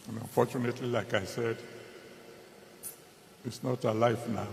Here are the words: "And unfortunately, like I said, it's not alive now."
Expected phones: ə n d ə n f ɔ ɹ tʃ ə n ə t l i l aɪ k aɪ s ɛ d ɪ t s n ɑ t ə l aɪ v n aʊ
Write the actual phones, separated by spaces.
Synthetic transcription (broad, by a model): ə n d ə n f ɔ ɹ tʃ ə n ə t l i l aɪ k aɪ s ɛ d ɪ t s n ɑ t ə l aɪ f n aʊ